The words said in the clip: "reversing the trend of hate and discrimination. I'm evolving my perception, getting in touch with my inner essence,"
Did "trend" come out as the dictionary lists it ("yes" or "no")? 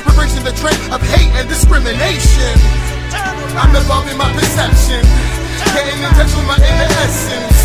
no